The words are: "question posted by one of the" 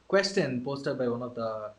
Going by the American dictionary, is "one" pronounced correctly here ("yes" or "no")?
yes